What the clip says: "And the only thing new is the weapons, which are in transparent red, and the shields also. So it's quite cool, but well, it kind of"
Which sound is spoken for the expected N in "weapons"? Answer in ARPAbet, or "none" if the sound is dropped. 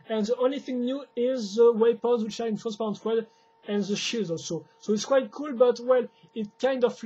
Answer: none